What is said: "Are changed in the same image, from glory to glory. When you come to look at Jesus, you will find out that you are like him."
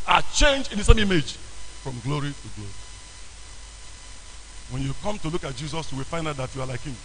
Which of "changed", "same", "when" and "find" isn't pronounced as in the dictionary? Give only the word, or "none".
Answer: changed